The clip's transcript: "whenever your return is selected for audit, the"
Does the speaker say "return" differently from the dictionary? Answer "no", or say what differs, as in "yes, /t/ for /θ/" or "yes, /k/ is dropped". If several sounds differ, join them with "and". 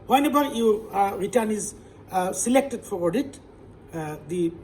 no